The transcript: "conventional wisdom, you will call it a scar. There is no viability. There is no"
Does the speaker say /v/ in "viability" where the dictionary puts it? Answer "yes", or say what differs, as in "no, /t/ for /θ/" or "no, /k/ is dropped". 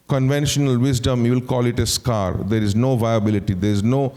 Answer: yes